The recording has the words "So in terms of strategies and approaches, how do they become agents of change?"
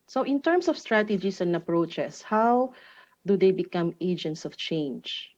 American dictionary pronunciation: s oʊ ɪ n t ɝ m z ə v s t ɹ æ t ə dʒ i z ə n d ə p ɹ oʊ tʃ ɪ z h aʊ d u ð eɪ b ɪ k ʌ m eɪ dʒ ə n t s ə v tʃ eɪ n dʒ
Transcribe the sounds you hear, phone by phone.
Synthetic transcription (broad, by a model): s oʊ ɪ n t ɝ m s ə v s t ɹ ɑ t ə dʒ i s ə n d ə p ɹ oʊ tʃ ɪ s h aʊ d u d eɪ b ɪ k ʌ m eɪ dʒ ə n t s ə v tʃ eɪ n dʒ